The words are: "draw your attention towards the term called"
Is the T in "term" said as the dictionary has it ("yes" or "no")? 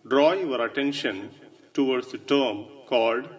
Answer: yes